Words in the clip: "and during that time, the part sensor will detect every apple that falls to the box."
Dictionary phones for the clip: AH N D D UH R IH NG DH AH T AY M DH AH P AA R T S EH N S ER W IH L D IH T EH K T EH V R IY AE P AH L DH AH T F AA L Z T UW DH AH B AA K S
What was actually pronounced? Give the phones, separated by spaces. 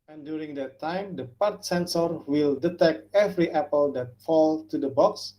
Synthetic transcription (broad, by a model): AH N D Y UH R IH NG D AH T AY M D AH P AA R T S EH N S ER W IH L D IH T EH K T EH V R IY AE P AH L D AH T F AA L T UW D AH B AA K S